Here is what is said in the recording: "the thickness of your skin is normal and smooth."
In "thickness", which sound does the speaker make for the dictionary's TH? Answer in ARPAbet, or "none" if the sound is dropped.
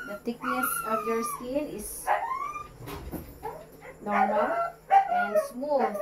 T